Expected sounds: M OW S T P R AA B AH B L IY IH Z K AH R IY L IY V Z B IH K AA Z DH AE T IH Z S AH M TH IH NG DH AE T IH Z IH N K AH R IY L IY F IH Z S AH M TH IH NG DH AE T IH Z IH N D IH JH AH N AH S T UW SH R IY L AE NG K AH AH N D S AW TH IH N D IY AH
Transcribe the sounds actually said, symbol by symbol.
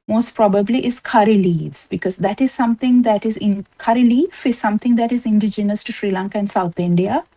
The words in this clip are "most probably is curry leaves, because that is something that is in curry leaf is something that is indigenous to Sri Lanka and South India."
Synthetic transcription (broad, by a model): M OW S T P R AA B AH B L IY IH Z K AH R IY L IY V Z B IH K AA Z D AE T IH Z S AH M T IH NG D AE T IH Z IH N K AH R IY L IY F IH Z S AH M T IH NG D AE T IH Z IH N D IH JH AH N AH S T UW SH R IY L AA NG K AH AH N S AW T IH N D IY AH